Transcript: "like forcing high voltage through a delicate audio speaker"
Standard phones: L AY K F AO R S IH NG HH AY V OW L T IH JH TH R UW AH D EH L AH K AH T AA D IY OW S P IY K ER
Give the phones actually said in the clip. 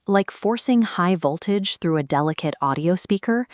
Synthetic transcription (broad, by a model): L AY K F AO R S IH NG HH AY V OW L T IH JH TH R UW AH D EH L AH K AH T AA D IY OW S P IY K ER